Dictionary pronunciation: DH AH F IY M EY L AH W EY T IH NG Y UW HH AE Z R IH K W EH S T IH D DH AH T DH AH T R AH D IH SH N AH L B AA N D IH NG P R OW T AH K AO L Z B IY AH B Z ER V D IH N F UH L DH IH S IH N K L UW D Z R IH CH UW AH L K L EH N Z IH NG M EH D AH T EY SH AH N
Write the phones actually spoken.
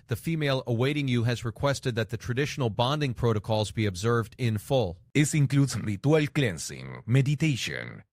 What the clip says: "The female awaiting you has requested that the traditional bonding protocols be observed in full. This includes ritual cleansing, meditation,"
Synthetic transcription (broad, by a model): DH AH F IY M EY L AH W EY T IH NG Y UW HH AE Z R IH K W EH S T IH D DH AH T DH AH T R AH D IH SH N L B AA N D IH NG P R OW T AH K AO L Z B IY AH B Z ER V D IH N F UH L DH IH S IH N K L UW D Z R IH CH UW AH L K L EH N S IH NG M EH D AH T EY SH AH N